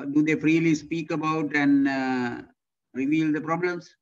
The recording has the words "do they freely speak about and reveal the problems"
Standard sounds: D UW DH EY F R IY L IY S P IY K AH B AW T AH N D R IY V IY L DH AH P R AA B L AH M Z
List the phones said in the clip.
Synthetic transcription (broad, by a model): D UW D EY F R IY L IY S P IY K AH B AW T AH N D R IY V IY L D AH P R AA B L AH M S